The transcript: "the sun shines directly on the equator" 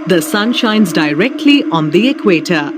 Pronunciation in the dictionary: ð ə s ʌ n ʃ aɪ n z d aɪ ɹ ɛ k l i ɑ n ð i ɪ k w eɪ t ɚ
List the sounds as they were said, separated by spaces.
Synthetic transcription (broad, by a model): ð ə s ʌ n ʃ aɪ n z d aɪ ɹ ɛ k l i ɑ n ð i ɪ k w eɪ t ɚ